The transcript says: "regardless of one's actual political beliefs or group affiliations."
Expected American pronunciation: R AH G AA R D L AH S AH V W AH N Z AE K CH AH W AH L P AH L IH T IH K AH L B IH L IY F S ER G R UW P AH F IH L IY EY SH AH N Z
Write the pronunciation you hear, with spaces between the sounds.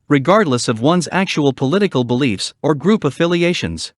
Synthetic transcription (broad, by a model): R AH G AA R D L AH S AH V W AH N Z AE K CH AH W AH L P AH L IH T IH K AH L B IH L IY F S ER G R UW P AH F IH L IY EY SH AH N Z